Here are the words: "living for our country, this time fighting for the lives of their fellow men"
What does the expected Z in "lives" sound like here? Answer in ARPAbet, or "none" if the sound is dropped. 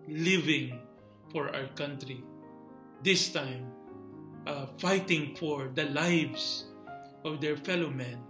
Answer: S